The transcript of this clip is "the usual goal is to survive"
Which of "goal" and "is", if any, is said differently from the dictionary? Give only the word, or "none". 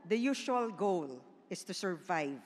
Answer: is